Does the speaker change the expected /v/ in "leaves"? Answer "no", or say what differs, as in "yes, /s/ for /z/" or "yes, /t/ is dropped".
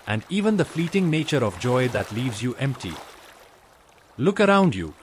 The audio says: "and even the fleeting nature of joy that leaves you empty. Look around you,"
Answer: no